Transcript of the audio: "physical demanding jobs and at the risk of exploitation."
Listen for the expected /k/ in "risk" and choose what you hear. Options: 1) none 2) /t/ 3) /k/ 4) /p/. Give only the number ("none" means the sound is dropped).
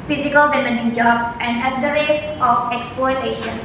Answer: 1